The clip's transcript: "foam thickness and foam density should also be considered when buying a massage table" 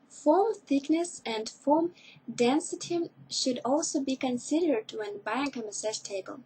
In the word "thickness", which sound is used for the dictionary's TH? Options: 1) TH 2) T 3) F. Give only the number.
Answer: 1